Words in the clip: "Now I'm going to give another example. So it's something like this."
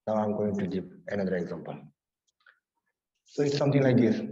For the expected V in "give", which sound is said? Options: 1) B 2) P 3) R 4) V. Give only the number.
2